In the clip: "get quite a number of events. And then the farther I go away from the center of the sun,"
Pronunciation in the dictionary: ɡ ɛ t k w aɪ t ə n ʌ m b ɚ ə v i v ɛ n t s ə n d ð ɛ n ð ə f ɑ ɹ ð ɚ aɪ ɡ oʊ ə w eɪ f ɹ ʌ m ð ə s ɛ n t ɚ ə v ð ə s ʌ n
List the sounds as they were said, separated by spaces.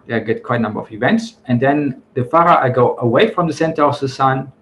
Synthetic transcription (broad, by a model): ɡ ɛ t k w aɪ t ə n ʌ m b ɚ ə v i v ɛ n t s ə n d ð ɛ n ð ə f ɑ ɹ ɚ aɪ ɡ oʊ ə w eɪ f ɹ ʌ m ð ə s ɛ n t ɚ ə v ð ə s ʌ n